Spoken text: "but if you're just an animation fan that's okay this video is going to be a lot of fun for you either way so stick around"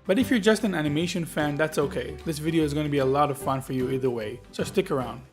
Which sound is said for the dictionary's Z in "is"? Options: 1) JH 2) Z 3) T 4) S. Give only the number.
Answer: 2